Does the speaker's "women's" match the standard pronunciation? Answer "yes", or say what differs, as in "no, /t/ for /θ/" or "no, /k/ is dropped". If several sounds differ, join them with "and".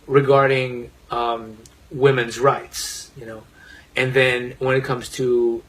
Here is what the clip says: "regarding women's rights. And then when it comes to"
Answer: yes